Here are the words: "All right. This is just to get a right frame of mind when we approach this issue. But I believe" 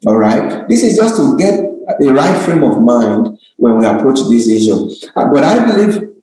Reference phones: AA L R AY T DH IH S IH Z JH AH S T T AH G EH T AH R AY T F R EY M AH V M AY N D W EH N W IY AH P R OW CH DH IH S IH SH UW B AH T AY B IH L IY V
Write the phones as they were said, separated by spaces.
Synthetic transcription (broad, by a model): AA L R AY T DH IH S IH Z JH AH S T T AH G EH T AH R AY T F R EY M AH V M AY N D W EH N W IY AH P R OW CH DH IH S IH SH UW B AH T AY B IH L IY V